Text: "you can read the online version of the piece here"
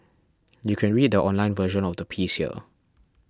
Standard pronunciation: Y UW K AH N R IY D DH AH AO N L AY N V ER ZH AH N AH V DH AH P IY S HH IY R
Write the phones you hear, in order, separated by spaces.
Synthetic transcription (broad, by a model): Y UW K AH N R IY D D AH AO N L AY N V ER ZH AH N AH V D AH P IY S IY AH